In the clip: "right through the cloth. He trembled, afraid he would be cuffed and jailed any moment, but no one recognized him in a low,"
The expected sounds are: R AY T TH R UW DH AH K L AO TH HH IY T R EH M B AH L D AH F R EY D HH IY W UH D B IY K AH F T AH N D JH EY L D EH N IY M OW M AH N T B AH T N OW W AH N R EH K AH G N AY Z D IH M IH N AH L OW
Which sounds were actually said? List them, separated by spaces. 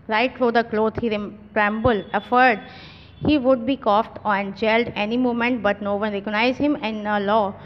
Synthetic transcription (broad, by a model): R AY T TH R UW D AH K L AO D HH IY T R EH M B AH L AH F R D HH IY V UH D B IY K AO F T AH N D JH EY L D EH N IY M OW M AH N T B AH T N OW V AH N R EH K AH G N AY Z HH IH M IH N AH L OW